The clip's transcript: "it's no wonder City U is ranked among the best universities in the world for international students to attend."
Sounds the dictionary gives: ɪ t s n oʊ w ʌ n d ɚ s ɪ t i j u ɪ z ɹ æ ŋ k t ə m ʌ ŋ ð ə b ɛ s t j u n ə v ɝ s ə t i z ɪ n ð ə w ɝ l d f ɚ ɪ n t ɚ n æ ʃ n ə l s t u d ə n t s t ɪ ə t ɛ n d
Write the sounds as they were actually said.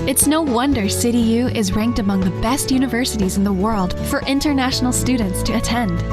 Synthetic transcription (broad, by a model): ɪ t s n oʊ w ʌ n d ɚ s ɪ t i j u ɪ z ɹ æ ŋ k t ə m ʌ ŋ ð ə b ɛ s t j u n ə v ɝ s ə t i z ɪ n ð ə w ɝ l d f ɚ ɪ n t ɚ n æ ʃ n l s t u d n t s t ɪ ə t ɛ n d